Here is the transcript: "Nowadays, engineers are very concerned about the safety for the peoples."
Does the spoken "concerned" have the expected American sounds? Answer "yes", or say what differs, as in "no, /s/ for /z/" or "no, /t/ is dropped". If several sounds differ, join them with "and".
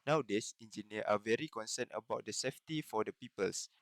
no, /d/ is dropped